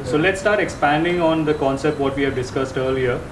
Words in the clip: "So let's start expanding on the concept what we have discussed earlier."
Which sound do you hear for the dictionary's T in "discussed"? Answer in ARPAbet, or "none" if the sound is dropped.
T